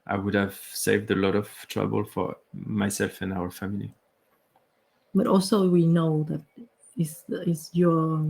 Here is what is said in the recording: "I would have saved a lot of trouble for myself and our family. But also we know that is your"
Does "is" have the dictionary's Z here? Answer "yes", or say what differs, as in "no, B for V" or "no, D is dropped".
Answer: no, S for Z